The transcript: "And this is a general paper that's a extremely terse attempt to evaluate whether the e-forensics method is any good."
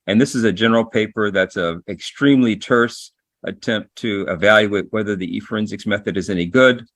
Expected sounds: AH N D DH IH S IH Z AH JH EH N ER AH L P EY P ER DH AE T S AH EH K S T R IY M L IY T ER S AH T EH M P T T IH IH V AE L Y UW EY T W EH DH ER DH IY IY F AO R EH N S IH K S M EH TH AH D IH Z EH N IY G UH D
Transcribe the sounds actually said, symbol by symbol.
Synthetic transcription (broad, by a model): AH N DH IH S IH Z AH JH EH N ER L P EY P ER DH AE T S AH EH K S T R IY M L IY T ER S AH T EH M P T T IH IH V AE L Y UW EY T W EH DH ER DH IY IY F R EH N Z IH K S M EH TH AH D IH Z EH N IY G UH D